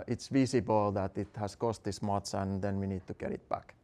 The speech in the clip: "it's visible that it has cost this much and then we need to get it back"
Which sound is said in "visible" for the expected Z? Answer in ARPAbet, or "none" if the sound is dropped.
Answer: S